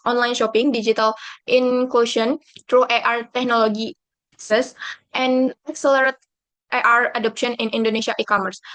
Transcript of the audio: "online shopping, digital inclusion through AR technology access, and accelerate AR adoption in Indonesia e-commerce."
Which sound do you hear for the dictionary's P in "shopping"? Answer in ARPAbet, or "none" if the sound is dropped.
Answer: P